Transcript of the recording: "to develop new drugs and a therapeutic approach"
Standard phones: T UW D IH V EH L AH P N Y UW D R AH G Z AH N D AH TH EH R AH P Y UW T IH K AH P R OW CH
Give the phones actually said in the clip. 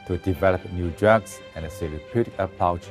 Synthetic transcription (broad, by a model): T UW D IH V EH L AH P N Y UW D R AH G S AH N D AH S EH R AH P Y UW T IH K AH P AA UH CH